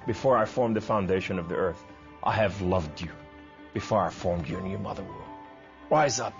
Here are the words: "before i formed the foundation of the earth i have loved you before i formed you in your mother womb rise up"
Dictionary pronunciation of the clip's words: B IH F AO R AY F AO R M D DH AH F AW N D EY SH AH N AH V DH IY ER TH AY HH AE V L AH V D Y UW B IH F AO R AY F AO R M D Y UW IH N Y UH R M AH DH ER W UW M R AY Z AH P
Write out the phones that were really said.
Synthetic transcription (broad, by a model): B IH F AO R AY F AO R M DH AH F AW N D EY SH AH N AH V DH IY ER TH AY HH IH V L AH V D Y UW B IH F AO R AY F AO R M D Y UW IH N Y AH R M AH DH ER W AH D R AY Z AH P